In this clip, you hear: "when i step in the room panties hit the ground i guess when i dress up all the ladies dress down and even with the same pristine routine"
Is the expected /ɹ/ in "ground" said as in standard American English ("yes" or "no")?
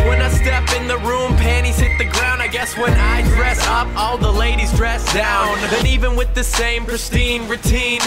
yes